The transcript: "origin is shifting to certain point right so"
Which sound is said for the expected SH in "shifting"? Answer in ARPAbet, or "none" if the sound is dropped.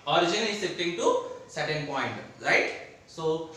S